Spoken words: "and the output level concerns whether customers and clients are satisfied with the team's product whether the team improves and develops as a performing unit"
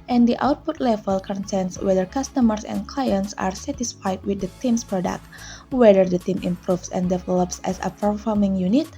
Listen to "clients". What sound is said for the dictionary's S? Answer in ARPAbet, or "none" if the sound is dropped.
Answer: S